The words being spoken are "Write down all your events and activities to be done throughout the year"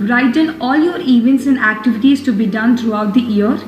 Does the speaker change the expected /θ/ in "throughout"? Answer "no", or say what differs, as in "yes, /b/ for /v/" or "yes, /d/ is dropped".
yes, /t/ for /θ/